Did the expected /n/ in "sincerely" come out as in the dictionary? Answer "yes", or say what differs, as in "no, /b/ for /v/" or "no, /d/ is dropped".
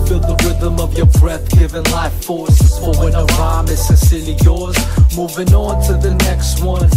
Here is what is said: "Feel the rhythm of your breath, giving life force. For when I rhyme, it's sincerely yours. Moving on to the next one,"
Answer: no, /n/ is dropped